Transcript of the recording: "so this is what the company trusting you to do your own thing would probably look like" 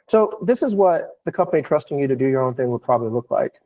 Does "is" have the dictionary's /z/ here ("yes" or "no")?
yes